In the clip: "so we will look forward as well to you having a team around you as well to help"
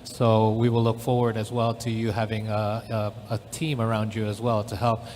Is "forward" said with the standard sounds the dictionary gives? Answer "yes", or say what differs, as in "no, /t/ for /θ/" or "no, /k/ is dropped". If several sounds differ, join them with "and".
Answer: yes